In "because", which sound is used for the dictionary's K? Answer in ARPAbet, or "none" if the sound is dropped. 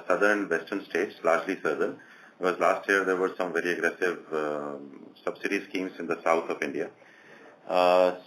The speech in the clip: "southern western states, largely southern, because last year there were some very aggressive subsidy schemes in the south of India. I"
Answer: none